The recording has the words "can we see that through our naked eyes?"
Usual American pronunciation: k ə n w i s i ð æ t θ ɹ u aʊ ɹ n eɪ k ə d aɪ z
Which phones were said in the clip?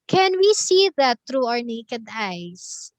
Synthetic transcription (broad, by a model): k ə n w i s i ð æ t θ ɹ u aʊ ɹ n eɪ k ə d aɪ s